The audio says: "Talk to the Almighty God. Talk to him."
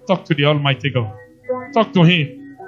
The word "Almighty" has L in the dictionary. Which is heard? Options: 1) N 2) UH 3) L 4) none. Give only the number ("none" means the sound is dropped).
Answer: 3